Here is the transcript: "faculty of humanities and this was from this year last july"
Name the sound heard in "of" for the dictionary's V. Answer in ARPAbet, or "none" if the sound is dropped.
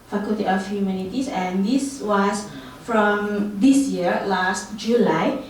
F